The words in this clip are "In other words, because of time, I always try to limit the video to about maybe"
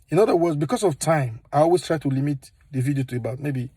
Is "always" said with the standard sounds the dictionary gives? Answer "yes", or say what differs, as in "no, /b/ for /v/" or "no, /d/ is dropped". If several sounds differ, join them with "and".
no, /s/ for /z/